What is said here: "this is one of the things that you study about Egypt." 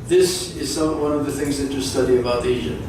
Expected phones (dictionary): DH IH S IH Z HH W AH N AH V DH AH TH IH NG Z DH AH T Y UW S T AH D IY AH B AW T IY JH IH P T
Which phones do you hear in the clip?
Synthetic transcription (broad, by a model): DH IH S IH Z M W AH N AH V DH AH TH IH NG Z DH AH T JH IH S T AH D IY AH B AW T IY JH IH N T